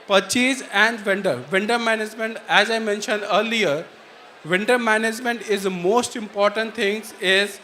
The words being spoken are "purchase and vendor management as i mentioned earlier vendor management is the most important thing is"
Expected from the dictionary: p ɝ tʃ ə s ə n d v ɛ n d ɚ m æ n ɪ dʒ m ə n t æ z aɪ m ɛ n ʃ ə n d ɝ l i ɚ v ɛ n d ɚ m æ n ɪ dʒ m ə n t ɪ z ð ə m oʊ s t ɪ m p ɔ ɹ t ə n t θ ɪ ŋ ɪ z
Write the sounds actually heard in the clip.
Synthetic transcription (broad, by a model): p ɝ tʃ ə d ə n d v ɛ n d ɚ m æ n ɪ dʒ m ə n t æ z aɪ m ɛ n ʃ ə n d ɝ l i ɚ v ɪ n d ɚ m æ n ɪ dʒ m ə n t ɪ z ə m oʊ s t ɪ m p ɔ ɹ t ə n t t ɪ ŋ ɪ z